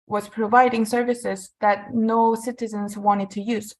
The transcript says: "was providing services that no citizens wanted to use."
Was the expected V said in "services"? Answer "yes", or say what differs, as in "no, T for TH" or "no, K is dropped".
yes